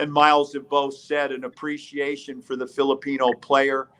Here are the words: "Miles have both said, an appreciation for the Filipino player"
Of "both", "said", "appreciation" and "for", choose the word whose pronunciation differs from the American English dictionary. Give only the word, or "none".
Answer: none